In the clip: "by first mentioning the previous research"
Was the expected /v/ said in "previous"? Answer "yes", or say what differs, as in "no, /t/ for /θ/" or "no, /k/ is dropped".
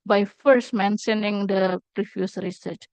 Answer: no, /f/ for /v/